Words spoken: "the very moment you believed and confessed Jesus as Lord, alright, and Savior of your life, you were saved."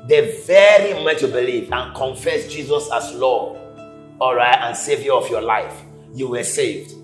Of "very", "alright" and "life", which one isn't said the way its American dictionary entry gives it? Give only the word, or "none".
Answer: none